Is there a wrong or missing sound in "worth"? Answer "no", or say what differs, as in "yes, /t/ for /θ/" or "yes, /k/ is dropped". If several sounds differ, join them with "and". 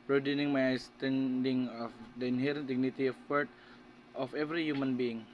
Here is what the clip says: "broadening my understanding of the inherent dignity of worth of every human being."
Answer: yes, /t/ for /θ/